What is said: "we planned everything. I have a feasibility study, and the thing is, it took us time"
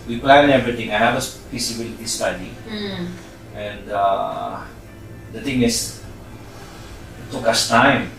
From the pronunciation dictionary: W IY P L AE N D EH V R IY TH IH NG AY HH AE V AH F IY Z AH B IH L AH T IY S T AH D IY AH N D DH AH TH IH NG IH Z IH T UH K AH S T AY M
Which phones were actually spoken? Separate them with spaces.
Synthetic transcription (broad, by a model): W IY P L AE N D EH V R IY T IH NG AY HH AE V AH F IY S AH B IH L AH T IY S T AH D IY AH N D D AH T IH NG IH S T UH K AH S T AY M